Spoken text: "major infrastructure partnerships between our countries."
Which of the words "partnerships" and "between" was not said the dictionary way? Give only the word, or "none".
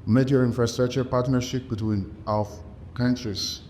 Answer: partnerships